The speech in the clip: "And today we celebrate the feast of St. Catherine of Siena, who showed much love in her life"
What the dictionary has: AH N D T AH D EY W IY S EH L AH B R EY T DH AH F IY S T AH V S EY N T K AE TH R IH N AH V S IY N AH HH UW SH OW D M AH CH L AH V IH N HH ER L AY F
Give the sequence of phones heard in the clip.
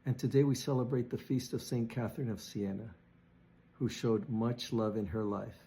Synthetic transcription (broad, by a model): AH N T AH D EY W IY S EH L AH B R EY T DH AH F IY S T AH V S EY N K AE TH R IH N AH V S IY N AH HH UW SH OW D M AH CH L AH V IH N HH ER L AY F